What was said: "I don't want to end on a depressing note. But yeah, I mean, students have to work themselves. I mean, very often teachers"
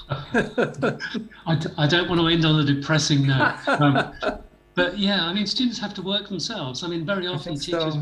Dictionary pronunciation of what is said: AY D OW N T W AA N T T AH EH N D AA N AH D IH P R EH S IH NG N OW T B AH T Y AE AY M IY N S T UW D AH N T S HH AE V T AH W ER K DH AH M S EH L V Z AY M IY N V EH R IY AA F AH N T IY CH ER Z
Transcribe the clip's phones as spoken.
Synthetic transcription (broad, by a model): AY D OW N T W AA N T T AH EH N D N AH D IH P R EH S IH NG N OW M B AH T Y AE AY M IY N S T UW D N T S HH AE F T AH W ER K DH AH M S EH L V Z AY M IY N V EH R IY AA F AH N T IY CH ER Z